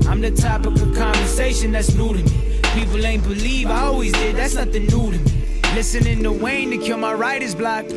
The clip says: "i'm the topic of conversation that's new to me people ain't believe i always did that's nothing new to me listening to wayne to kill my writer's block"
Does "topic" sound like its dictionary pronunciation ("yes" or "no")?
no